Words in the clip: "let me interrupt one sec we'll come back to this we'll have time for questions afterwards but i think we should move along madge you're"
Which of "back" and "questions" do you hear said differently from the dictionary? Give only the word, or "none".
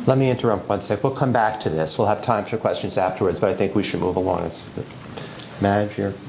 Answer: none